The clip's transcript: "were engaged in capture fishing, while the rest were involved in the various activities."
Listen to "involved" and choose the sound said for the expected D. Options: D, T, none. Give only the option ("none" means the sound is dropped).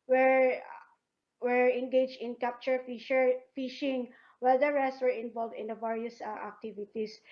D